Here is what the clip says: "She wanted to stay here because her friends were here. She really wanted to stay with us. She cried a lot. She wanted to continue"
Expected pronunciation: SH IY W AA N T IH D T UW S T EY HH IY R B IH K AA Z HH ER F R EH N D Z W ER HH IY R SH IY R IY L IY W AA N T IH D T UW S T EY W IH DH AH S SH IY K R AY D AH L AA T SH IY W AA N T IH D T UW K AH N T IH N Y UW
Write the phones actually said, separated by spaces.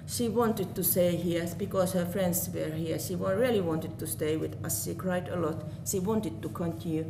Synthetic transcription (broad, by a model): SH IY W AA N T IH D T UW S T EY HH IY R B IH K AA S HH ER F R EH N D S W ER HH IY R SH IY R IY L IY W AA N T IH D T UW S T EY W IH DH AH S SH IY K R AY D AH L AA T SH IY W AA N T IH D T UW K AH N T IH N Y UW